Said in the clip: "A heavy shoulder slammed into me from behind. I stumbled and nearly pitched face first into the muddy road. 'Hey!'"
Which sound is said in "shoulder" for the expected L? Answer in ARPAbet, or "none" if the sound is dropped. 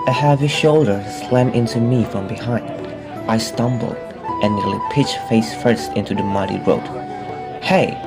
L